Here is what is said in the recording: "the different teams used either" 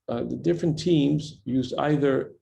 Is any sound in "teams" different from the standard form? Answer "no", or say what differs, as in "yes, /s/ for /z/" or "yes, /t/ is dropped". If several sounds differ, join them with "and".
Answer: no